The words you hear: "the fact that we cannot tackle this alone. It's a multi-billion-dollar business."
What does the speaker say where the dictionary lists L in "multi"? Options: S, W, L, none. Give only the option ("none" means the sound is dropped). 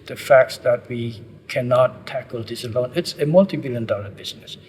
L